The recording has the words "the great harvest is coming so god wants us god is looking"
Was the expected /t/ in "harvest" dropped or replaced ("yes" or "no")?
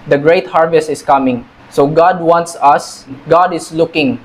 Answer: no